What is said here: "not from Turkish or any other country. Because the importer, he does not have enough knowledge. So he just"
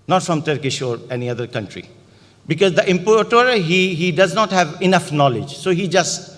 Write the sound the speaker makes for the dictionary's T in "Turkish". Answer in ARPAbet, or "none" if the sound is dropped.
T